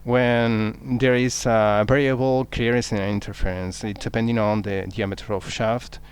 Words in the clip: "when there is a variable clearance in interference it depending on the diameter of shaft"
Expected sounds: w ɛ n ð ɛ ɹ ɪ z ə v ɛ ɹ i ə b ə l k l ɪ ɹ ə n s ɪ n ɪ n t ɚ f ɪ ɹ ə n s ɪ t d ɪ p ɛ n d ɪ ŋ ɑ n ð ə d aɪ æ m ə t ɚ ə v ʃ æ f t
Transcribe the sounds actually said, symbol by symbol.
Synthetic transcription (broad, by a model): w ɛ n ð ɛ ɹ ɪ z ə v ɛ ɹ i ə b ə l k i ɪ ɹ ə s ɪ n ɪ n t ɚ f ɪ ɹ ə n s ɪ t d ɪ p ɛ n d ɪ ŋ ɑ n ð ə d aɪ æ m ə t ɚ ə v ʃ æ f t